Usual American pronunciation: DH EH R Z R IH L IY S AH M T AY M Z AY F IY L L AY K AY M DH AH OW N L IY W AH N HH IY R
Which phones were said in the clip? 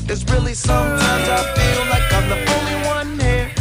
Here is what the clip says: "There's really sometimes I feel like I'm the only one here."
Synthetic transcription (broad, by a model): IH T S R IH L IY S AH M T AY M Z AY F IY L L AY K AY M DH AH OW L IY W AH N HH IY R